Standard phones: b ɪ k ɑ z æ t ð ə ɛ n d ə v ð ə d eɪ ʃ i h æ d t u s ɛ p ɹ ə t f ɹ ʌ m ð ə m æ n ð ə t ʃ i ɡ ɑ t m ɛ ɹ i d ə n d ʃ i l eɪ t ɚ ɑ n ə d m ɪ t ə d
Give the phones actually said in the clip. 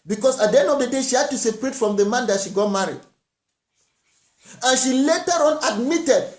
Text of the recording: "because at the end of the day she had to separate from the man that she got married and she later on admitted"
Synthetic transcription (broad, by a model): b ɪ k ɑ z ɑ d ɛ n ə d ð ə d eɪ ʃ i h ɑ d t u s ɛ p ɹ ə t f ɹ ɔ m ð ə m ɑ n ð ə t ʃ i ɡ ɑ t m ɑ ɹ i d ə n ʃ i l eɪ t ɚ ɑ n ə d m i t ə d